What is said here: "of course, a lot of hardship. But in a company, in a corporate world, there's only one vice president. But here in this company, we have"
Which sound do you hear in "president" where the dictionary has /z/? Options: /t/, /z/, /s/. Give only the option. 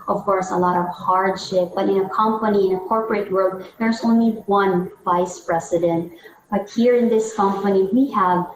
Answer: /s/